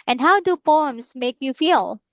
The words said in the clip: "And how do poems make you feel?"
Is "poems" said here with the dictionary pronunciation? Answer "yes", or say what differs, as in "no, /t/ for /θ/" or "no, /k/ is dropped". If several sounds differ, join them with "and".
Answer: no, /s/ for /z/